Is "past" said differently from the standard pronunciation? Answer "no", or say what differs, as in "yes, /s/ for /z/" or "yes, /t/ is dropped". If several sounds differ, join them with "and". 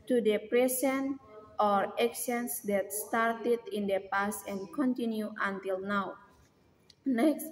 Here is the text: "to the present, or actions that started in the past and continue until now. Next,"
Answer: yes, /t/ is dropped